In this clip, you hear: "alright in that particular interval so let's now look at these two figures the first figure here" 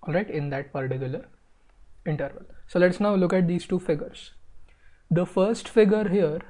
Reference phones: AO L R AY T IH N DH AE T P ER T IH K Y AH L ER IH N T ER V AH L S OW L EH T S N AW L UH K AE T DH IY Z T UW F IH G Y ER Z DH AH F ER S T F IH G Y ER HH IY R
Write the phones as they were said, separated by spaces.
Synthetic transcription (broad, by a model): AO L R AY T IH N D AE T P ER T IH K Y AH L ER IH N T ER V AH L S OW L EH T S N AW L UH K AE T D IY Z T UW F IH G ER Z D AH F ER S T F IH G ER HH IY R